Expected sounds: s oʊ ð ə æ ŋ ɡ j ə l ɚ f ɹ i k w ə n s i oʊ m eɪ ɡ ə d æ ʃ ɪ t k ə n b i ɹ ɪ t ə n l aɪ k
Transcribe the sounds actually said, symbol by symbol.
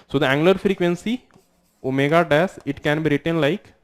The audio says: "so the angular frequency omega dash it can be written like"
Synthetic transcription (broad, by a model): s oʊ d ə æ ŋ ɡ l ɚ f ɹ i k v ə n s i oʊ m eɪ ɡ ə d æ s ɪ t k ə n b i ɹ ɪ t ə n l aɪ k